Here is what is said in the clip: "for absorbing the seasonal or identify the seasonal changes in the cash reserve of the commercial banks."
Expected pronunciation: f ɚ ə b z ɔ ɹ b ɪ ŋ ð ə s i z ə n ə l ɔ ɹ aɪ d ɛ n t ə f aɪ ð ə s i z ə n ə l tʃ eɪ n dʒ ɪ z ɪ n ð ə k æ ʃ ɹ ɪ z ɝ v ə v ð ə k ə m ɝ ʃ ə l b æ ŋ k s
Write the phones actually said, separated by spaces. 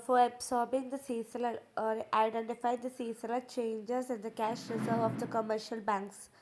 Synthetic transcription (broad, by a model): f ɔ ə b s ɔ ɹ b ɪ ŋ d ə s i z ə l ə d ɔ ɹ aɪ d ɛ n t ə f aɪ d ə s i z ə l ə tʃ eɪ n dʒ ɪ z ɪ n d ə k æ ʃ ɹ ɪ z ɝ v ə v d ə k ə m ɝ ʃ ə l b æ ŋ k s